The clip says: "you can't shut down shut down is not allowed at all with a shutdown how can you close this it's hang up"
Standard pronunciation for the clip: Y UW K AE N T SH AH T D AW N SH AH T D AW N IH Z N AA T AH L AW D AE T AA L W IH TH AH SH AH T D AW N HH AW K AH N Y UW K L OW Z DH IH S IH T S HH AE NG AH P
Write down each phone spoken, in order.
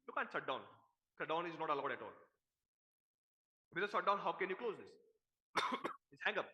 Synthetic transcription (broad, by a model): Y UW K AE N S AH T D AW N S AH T D AW N IH Z N AA T AH L AW D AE T AA L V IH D AH S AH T D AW N HH AW K AH N Y UW K L OW Z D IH S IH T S HH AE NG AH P